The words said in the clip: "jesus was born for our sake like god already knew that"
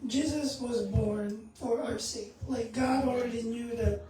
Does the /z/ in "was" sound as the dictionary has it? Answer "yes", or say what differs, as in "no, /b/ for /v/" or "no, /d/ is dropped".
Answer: yes